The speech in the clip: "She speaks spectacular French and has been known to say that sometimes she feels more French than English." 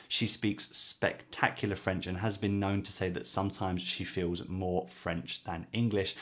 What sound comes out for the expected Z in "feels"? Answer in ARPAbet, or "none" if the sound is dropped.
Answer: Z